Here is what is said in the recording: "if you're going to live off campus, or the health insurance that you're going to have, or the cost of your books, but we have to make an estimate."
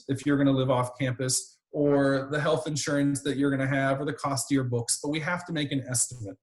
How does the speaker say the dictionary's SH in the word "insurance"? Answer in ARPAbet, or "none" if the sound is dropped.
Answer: SH